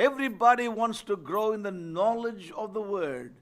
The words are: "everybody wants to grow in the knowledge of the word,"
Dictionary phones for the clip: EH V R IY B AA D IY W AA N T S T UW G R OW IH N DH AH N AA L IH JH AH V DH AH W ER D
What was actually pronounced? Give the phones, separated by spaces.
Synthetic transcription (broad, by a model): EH V R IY B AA D IY W AA N T S T UW G R OW IH N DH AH N AA L IH JH AH V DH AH W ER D